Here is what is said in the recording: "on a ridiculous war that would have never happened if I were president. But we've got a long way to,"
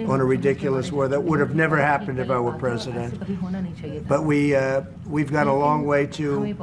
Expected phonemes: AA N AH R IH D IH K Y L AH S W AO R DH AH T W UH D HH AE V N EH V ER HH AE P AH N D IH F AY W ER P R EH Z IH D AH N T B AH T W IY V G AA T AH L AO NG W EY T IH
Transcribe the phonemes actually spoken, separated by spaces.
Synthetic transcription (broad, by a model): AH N AH R IH D IH K Y L AH S W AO R DH AH T W UH D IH V N EH V ER HH AE P AH N D IH F AY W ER P R EH Z IH D AH N T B AH T W IY V G AA T AH L AO NG W EY T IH